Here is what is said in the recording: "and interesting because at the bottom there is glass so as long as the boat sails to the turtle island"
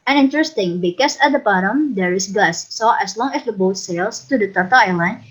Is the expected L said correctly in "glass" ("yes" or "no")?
no